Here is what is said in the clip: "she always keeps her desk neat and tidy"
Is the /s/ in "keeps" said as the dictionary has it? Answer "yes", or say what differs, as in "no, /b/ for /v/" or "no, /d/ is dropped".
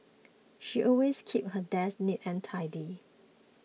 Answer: no, /s/ is dropped